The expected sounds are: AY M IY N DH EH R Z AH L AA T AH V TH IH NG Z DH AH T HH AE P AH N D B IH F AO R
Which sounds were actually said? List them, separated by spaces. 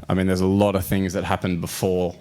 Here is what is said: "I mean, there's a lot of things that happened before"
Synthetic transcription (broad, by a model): AY M IY N DH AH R Z AH L AA T AH V TH IH NG Z DH AH T HH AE P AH N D B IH F AO R